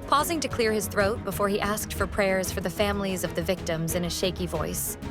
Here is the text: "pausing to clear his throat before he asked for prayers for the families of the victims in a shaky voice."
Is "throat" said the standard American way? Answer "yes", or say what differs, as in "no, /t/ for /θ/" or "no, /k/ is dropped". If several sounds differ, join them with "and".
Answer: yes